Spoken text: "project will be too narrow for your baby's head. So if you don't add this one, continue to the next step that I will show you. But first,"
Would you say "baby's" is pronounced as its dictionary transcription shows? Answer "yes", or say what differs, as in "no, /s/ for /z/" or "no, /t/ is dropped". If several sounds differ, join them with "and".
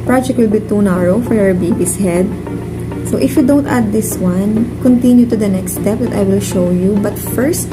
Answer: no, /s/ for /z/